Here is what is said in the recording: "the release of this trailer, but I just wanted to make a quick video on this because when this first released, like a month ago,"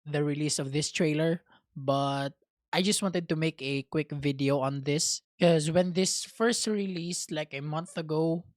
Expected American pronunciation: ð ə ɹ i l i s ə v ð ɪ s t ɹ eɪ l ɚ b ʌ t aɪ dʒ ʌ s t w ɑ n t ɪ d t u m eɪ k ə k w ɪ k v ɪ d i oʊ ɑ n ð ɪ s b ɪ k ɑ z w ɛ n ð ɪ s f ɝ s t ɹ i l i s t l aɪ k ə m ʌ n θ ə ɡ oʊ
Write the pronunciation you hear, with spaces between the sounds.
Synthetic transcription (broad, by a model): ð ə ɹ i l i s ə v ð ɪ s t ɹ eɪ l ɚ b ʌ t aɪ dʒ ʌ s t w ɑ n t ɪ d t u m eɪ k ə k w ɪ k v ɪ d i oʊ ɑ n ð ɪ s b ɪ k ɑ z w ɛ n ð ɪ s f ɝ s t ɹ i l i s t l aɪ k ə m ʌ n θ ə ɡ oʊ